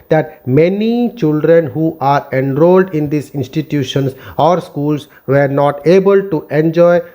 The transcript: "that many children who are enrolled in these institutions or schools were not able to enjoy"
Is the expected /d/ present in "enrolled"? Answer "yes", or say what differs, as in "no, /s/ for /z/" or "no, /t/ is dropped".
yes